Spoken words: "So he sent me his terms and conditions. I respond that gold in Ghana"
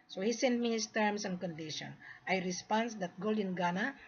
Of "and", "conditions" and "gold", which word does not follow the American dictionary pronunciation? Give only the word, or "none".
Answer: conditions